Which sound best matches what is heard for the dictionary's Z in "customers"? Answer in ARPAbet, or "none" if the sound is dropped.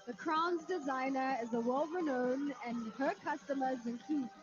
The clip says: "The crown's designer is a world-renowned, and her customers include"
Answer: Z